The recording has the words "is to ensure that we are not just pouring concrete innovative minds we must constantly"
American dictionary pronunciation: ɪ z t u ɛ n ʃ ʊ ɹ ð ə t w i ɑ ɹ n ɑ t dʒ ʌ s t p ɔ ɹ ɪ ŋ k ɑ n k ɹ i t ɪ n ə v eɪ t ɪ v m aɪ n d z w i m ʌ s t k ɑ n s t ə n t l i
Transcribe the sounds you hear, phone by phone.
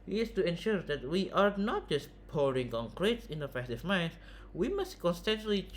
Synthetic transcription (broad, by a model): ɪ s t u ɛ n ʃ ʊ ɹ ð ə t w i ɑ ɹ n ɑ t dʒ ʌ s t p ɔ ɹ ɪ ŋ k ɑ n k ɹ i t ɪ n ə f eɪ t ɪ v m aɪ n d w i m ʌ s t k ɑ n s t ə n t l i